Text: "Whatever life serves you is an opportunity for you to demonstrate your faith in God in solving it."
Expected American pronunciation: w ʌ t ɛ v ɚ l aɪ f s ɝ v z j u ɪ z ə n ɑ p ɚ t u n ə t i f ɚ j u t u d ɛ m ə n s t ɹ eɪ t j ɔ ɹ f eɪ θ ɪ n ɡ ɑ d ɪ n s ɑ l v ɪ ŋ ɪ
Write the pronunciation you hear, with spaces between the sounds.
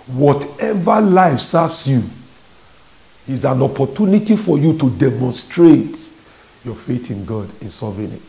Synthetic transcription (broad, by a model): w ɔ t ɛ v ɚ l aɪ f s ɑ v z j u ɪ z ə n ɑ p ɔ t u n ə t i f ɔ j u t u d ɛ m ə n s t ɹ eɪ t j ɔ f eɪ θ ɪ n ɡ ɑ d ɪ n s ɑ v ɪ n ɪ